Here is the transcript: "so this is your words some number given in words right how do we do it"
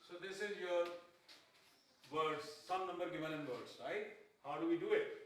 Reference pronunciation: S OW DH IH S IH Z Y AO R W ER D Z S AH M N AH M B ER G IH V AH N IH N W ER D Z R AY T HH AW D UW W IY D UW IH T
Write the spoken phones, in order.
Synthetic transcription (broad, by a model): S OW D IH S IH Z Y AO R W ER D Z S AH M N AH M B ER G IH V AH L IH N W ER D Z R AY T HH AW D UW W IY D UW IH T